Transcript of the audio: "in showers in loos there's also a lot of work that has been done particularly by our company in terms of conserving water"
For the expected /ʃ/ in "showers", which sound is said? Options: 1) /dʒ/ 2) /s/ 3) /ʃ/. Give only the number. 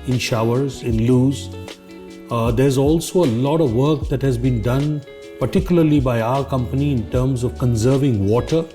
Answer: 3